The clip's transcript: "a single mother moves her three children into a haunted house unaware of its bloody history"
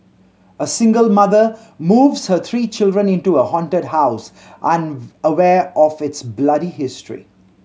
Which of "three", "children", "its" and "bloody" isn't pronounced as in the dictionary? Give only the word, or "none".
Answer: three